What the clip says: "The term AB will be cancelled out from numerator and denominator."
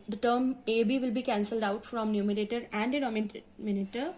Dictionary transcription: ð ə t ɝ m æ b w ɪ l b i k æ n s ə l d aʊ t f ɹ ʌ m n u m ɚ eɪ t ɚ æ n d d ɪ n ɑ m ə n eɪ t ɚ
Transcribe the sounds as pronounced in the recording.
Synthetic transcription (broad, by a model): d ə t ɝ m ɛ b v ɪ l b i k æ n s ə l d aʊ t f ɹ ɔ m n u m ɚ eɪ t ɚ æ n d d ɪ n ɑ m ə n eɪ t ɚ